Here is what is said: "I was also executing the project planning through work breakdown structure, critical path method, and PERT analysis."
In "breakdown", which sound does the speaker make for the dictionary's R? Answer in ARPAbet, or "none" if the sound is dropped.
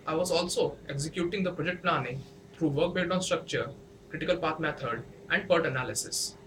none